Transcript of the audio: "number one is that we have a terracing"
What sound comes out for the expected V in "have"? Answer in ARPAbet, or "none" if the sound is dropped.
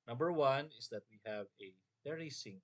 V